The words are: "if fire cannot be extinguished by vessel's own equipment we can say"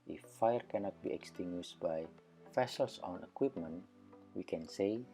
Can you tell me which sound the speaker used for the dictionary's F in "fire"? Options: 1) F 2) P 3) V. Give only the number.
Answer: 1